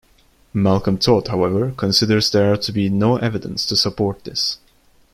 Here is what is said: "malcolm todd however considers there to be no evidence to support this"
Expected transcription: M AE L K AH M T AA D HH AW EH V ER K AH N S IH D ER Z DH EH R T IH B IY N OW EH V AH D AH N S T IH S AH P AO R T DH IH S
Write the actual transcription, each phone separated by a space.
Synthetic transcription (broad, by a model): M AE L K AH M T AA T HH AW EH V ER K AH N S IH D ER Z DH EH R T IH B IY N OW EH V AH D AH N S T IH S AH P AO R T DH IH S